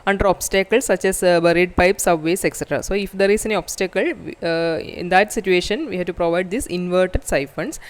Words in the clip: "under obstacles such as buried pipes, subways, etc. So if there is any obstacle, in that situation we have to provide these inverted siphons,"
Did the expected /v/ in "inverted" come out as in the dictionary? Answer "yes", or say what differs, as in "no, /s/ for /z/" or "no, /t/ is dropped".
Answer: yes